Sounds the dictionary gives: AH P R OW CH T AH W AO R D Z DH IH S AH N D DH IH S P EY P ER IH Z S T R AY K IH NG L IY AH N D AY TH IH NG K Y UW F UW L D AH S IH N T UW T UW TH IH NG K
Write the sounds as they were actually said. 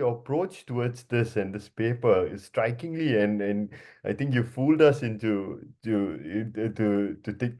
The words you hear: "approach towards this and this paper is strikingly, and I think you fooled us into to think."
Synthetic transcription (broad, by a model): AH P R OW CH T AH W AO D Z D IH S AH N D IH S P EY P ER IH S T R AY K IH NG L IY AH N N AY T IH NG K Y UW F UW L D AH S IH N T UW T UW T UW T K